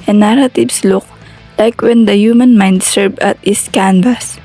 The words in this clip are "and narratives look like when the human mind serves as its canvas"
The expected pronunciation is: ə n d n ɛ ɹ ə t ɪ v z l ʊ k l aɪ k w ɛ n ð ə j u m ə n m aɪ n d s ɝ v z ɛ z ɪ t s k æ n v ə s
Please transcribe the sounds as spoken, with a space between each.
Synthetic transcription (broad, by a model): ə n n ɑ ɹ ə t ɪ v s l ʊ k l aɪ k w ɛ n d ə j u m ə n m aɪ n d s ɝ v ɑ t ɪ s k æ n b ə s